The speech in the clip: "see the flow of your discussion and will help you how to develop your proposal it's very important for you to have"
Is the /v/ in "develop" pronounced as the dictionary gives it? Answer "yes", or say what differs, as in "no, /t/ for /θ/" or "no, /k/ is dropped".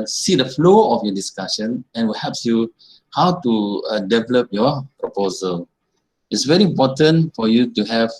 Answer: yes